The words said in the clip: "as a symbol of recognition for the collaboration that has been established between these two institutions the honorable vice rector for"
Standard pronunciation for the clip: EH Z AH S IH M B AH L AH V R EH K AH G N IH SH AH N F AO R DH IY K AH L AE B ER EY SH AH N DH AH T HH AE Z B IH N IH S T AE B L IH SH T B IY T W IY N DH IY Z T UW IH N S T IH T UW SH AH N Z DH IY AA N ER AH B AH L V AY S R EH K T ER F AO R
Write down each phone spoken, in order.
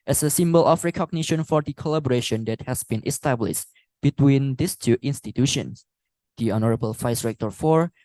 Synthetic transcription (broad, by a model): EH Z AH S IH M B AH L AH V R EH K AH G N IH SH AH N F AO R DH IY K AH L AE B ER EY SH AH N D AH T HH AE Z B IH N IH S T AE B L IH SH T B IY T W IY N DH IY S T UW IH N S T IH T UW SH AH N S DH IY AA N ER AH B AH L F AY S R EH K T ER F AO R